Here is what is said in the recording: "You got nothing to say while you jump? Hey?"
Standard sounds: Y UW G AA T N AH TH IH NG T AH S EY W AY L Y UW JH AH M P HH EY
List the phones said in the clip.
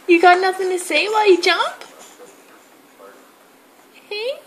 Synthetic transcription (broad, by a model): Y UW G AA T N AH F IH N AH S EY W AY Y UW JH AH M P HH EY